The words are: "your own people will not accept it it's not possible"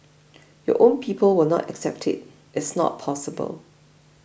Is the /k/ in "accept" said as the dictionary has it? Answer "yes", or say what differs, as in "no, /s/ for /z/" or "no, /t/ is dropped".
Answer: yes